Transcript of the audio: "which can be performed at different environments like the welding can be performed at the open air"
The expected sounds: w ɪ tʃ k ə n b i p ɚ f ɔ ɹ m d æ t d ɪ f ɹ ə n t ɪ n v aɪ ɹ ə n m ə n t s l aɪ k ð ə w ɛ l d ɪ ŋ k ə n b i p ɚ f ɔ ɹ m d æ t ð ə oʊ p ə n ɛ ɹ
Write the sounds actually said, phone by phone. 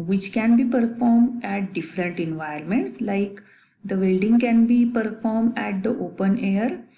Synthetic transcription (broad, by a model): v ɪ tʃ k ə n b i p ɚ f ɔ ɹ m d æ t d ɪ f ɹ ə n t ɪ n v aɪ ə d m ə n t s l aɪ k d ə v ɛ l d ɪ ŋ k ə n b i p ɚ f ɔ ɹ m d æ t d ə oʊ p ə n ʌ ɹ